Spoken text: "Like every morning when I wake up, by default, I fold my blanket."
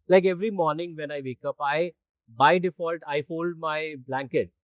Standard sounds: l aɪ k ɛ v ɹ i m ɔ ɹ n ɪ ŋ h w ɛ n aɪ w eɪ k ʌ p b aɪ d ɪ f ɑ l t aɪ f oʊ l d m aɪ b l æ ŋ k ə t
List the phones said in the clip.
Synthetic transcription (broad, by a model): l aɪ k ɛ v ɹ i m ɔ ɹ n ɪ ŋ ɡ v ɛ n aɪ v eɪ k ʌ p b aɪ d ɪ f ɑ l t aɪ f oʊ l d m aɪ b l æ ŋ k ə t